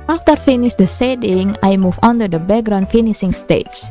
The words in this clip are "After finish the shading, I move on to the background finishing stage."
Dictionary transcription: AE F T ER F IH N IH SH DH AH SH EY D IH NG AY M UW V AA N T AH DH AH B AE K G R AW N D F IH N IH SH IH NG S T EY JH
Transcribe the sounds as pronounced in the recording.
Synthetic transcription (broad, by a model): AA F T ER F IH N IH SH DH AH S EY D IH NG AY M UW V AA N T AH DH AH B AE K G R AW N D F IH N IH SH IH NG S T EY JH